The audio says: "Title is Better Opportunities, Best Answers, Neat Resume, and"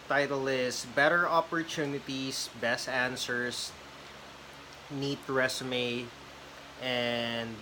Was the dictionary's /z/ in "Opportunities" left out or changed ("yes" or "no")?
yes